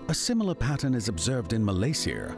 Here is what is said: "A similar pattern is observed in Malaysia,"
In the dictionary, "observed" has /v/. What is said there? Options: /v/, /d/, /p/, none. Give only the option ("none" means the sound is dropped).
/v/